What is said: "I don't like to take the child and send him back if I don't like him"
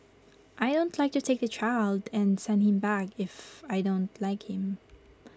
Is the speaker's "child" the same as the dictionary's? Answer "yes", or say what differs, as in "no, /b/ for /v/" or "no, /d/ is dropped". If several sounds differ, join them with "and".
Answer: yes